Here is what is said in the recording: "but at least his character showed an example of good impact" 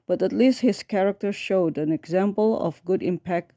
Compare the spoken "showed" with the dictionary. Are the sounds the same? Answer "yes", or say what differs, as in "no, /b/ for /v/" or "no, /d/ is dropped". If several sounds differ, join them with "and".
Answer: yes